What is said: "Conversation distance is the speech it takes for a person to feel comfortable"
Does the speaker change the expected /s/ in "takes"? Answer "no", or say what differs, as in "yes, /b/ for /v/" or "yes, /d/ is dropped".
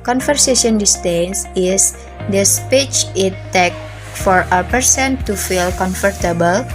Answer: yes, /s/ is dropped